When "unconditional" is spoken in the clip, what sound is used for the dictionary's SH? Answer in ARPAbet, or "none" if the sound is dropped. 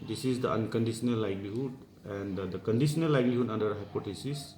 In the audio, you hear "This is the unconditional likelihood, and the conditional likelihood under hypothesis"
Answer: S